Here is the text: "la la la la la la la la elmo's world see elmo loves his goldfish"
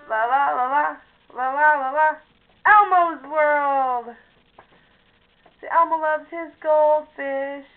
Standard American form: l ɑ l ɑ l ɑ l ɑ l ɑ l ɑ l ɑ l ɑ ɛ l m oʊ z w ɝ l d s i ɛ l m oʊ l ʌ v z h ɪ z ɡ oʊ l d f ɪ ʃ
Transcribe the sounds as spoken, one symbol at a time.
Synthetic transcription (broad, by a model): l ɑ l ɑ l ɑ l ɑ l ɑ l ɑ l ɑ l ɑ ɛ l m oʊ z w ɝ l d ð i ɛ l m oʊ l ʌ v z h ɪ z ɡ oʊ l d f ɪ ʃ